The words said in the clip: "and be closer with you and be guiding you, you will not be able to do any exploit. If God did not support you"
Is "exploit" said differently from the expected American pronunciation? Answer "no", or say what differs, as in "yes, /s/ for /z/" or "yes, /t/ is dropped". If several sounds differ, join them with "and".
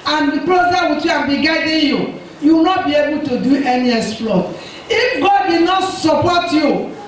yes, /k/ is dropped